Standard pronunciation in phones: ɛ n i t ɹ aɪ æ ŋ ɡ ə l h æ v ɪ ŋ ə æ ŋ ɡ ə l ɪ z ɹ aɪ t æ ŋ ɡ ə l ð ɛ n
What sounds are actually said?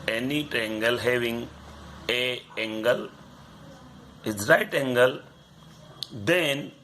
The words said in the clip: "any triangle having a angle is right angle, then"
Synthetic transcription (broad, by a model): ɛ n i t ɛ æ ŋ ɡ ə l h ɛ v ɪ ŋ ə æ ŋ ɡ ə l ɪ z ɹ aɪ t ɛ ŋ ɡ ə l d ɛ n